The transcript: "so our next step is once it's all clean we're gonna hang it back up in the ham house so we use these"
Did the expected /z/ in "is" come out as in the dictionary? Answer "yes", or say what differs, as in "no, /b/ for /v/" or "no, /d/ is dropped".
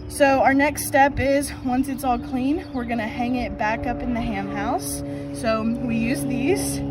yes